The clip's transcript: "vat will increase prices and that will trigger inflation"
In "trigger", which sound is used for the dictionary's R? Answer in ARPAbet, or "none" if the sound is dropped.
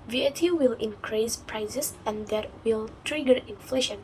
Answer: R